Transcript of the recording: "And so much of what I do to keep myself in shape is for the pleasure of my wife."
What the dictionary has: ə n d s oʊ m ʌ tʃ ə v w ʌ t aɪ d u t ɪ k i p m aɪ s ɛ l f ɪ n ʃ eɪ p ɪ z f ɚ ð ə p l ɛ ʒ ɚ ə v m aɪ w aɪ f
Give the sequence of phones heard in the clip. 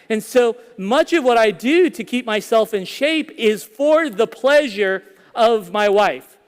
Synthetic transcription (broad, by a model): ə n s oʊ m ʌ tʃ ə v w ʌ t aɪ d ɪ t ɪ k i p m aɪ s ɛ l f ɪ n ʃ eɪ p ɪ z f ɚ ð ə p l ɛ ʒ ɚ ə v m aɪ w aɪ f